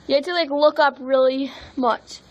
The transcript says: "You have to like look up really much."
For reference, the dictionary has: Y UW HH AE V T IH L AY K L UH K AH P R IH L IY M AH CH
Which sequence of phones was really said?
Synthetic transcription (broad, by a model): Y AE T IH L AY K L UH K AH P R IH L IY M AH CH